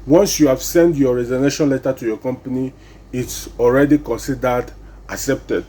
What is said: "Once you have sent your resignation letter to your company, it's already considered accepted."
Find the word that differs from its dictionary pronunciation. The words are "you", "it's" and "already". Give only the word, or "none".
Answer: none